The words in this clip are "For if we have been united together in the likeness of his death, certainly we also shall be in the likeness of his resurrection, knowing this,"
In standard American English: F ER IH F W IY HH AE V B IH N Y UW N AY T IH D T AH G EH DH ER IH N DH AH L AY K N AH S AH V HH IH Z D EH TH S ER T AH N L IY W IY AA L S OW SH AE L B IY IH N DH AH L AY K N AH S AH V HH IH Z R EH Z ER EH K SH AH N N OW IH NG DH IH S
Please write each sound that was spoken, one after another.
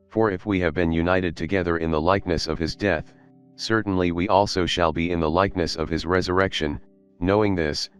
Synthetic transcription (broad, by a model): F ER IH F W IY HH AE V B IH N Y UW N AY T IH D T AH G EH DH ER IH N DH AH L AY K N AH S AH V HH IH Z D EH TH S ER T N L IY W IY AA L S OW SH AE L B IY IH N DH AH L AY K N AH S AH V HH IH Z R EH Z ER EH K SH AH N N OW IH NG DH IH S